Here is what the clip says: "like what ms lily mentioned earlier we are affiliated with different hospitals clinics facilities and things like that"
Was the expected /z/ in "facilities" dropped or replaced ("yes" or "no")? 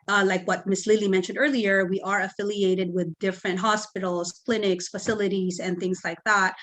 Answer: no